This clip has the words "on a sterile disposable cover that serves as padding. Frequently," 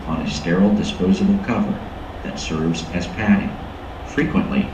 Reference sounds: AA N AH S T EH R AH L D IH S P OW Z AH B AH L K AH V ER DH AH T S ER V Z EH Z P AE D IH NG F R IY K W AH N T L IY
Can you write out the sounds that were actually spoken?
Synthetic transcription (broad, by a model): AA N AH S T EH R L D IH S P OW Z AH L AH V K AH V ER DH AH T S ER V Z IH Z P AE D IH NG F R IY K W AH N T L IY